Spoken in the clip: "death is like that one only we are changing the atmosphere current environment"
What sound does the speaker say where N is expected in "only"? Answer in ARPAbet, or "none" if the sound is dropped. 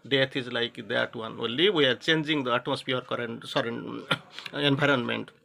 none